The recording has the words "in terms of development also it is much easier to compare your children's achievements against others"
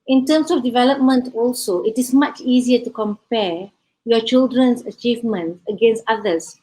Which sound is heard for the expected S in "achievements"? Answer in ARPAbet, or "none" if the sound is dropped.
none